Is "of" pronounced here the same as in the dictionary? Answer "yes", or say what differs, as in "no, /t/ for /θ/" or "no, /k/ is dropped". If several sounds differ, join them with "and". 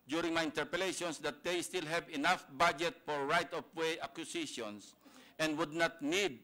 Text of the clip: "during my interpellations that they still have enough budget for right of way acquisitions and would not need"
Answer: no, /p/ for /v/